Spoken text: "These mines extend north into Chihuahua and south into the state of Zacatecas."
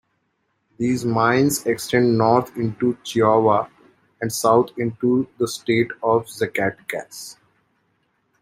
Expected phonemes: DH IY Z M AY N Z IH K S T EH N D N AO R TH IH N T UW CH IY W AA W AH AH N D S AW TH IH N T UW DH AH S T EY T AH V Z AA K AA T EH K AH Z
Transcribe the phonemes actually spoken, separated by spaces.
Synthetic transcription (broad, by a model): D IY Z M AY N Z IH K S T EH N D N AO R T IH N T UW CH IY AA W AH AH N D S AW T IH N T UW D AH S T EY T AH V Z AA K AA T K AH S